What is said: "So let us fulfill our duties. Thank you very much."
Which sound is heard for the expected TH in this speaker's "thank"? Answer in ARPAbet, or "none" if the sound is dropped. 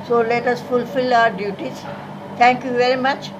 T